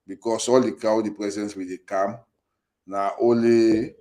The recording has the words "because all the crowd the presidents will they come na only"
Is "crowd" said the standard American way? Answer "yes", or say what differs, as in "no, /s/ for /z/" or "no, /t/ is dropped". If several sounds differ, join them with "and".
no, /ɹ/ is dropped